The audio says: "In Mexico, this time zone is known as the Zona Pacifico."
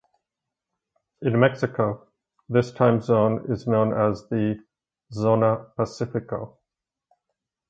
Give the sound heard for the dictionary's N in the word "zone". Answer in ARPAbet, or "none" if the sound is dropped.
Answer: N